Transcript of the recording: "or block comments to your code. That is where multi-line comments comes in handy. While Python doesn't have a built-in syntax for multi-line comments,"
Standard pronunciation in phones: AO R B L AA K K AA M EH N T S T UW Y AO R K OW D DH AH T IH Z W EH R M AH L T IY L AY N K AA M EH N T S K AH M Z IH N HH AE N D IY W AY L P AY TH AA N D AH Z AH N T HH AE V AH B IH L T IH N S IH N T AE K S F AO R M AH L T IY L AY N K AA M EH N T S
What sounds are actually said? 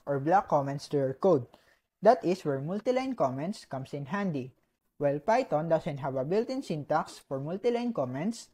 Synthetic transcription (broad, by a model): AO R B L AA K K AA M EH N T S T UW Y AO R K OW D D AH T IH S W EH R M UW L T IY L AY N K AA M EH N T S K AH M S IH N HH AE N D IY W AY L P AY T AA N D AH S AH N T HH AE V AH B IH L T IH N S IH N T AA K S F AO R M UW L T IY L AY N K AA M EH N T S